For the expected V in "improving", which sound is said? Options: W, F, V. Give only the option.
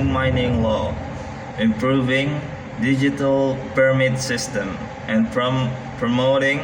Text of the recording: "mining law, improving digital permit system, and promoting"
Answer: V